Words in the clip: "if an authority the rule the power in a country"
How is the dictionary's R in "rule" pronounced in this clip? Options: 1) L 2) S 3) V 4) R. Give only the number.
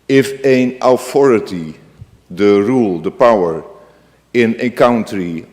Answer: 4